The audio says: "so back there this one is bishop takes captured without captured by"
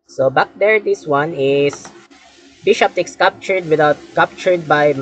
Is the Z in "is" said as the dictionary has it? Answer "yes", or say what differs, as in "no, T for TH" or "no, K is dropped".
no, S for Z